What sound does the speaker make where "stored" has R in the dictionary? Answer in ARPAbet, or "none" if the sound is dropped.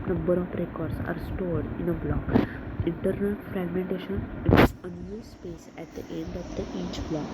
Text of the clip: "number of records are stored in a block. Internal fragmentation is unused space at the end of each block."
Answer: R